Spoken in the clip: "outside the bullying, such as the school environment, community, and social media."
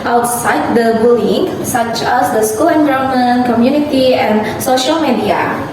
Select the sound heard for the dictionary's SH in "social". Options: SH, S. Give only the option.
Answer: SH